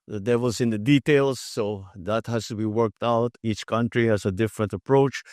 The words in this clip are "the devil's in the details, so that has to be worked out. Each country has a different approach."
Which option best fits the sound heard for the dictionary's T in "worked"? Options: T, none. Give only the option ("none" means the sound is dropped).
T